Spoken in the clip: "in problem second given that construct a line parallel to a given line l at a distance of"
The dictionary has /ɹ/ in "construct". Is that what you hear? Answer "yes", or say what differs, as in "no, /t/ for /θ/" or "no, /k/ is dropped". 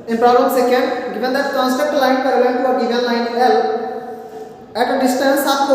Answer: no, /ɹ/ is dropped